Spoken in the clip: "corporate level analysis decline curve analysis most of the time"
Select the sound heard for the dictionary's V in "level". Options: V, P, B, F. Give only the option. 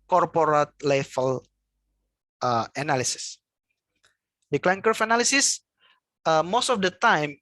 F